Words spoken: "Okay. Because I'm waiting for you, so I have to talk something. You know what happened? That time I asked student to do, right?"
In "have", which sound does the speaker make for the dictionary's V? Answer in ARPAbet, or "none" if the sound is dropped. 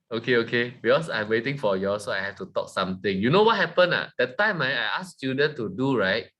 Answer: F